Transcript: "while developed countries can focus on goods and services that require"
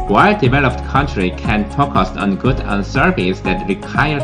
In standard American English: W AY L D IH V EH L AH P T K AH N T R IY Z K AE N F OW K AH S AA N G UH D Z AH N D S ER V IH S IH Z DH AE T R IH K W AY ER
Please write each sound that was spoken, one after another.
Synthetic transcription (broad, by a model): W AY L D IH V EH L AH P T K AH N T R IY K AE N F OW K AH S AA N G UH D AH N S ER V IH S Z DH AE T R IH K AY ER